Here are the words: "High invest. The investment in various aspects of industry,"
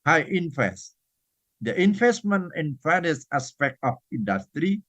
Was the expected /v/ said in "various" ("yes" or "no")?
no